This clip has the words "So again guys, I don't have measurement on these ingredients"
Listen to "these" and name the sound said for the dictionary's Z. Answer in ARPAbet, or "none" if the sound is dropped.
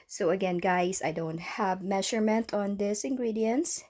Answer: S